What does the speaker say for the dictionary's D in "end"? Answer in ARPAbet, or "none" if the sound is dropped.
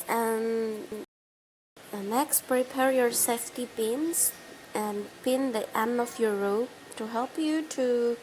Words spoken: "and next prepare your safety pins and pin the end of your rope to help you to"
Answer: none